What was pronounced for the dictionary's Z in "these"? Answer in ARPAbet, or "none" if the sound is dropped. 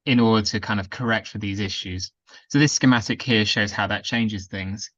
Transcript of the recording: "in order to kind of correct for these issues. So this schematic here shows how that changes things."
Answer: Z